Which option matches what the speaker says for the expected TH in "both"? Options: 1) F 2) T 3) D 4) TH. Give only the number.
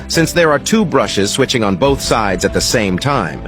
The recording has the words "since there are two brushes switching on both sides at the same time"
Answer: 4